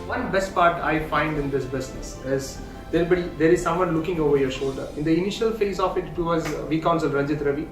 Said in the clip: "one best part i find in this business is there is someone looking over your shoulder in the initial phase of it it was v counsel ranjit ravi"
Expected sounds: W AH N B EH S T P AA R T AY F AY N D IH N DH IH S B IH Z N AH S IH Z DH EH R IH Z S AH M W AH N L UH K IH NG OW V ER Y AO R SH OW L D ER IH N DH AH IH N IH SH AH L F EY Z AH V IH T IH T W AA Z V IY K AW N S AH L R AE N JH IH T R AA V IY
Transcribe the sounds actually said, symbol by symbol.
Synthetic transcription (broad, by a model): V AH N B EH S T P AA R T AY F AY N D IH N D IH S B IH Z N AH S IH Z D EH R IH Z S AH M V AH N L UH K IH NG OW V ER Y AO R SH OW L D ER IH N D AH IH N IH SH AH L F EY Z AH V IH T IH T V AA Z V IY K AW N S AH L R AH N JH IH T R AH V IY